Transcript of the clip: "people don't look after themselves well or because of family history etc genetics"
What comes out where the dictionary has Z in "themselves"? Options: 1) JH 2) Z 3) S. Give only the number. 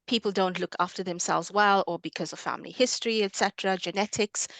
2